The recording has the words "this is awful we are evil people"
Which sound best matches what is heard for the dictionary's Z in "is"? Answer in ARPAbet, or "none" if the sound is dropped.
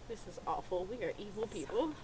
Z